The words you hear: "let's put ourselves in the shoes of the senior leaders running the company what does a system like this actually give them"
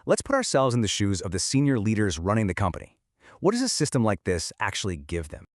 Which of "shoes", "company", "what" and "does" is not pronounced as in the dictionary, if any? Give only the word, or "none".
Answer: none